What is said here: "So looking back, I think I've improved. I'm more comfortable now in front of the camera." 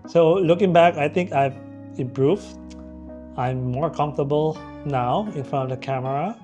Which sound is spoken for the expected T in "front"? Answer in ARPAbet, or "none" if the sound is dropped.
none